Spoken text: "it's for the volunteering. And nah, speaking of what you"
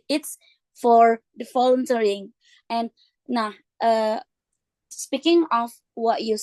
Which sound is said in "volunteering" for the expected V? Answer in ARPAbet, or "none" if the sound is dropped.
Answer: F